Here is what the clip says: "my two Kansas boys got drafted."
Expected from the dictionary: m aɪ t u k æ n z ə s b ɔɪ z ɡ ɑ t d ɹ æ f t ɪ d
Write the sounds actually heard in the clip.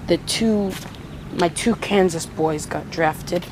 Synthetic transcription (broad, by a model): m aɪ t u k æ n z ə s b ɔɪ z ɡ ɑ t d ɹ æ f t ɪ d